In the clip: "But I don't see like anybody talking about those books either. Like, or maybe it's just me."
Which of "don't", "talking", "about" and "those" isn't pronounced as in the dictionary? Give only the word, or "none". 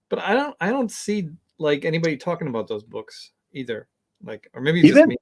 none